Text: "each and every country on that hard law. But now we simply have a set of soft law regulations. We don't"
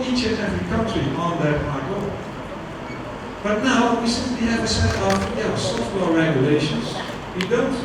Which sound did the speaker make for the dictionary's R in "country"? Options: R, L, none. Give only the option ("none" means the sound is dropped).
none